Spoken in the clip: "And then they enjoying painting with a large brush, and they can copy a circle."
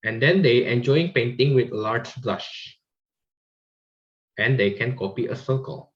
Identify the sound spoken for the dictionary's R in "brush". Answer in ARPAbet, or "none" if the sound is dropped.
L